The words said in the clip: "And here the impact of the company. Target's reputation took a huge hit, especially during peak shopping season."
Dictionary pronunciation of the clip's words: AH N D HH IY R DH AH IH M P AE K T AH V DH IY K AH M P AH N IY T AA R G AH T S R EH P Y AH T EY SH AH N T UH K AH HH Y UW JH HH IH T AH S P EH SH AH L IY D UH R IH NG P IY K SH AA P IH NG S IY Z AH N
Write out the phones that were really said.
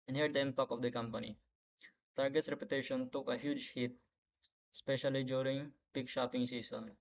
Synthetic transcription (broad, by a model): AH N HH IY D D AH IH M P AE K AH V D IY K AH M P AH N IY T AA R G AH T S R EH P Y AH T EY SH AH N T UH K AH HH Y UW JH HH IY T S P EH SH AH L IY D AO R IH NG P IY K SH AA P IH NG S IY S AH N